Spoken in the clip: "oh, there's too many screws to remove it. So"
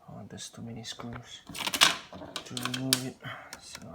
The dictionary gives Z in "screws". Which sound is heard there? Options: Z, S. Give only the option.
S